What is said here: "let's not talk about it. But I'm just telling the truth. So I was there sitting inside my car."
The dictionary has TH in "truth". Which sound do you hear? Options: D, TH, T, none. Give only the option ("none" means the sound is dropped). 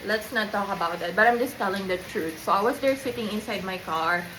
T